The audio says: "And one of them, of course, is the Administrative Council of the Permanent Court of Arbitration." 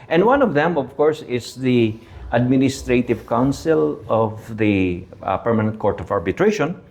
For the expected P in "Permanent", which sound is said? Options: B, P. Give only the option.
P